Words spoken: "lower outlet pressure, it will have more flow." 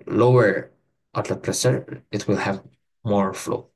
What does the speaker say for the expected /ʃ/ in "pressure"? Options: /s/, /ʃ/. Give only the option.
/s/